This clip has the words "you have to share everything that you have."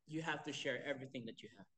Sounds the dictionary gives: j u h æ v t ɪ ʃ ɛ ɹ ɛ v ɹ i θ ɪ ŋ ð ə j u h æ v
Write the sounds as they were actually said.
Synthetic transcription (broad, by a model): j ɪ h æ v t ɪ ʃ ɛ ɹ ɛ v ɹ i θ ɪ ŋ ð ə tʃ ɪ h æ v